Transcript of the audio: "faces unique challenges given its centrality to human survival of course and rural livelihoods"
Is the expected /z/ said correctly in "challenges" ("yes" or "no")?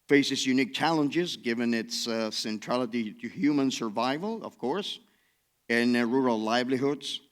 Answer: yes